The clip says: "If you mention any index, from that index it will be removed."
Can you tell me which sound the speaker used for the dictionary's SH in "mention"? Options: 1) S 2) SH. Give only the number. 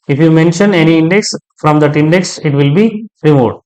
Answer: 2